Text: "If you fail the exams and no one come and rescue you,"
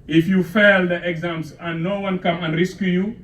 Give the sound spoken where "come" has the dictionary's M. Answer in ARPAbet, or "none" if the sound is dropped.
M